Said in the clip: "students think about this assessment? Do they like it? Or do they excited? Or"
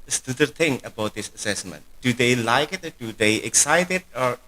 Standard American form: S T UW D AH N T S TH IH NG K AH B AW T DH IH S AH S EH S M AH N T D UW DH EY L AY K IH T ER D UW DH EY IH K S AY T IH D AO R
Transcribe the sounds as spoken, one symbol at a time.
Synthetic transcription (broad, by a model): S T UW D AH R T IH NG AH B AW T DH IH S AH S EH S M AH N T D UW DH EY L AY K IH T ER D UW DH EY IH K S AY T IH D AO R